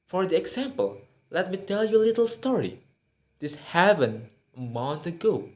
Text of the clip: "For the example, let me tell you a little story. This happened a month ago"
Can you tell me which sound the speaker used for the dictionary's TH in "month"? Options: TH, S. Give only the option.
S